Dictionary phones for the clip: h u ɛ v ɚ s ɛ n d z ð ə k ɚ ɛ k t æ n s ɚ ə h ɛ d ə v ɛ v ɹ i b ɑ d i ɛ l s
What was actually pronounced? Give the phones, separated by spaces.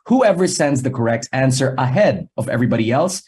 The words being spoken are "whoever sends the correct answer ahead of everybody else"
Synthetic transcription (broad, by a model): h u ɛ v ɚ s ɛ n d z ð ə k ɚ ɛ k t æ n s ɚ ə h ɛ d ə v ɛ v ɹ i b ɑ d i ɛ l s